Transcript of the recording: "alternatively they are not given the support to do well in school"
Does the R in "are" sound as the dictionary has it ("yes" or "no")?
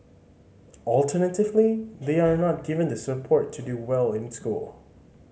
yes